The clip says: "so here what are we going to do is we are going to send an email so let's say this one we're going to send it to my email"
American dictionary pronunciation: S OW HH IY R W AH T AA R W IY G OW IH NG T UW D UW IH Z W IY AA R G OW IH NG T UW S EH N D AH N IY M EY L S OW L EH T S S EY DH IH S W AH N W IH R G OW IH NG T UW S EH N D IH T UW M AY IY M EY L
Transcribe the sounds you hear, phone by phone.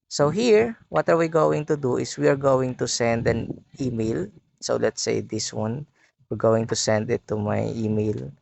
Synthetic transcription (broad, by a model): S OW HH IY R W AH T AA R W IY G OW IH NG T UW D UW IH S W IY AA R G OW IH NG T UW S EH N D AH N IY M EY L S OW L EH T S S EY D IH S W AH N W IH R G OW IH NG T UW S EH N D IH T UW M AY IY M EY L